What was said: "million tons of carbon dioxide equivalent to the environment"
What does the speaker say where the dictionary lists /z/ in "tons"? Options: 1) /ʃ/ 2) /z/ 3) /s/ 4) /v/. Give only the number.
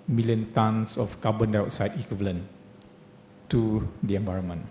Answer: 3